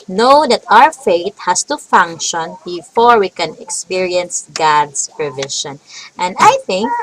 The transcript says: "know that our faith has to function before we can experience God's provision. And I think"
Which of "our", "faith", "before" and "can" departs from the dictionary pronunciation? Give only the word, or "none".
faith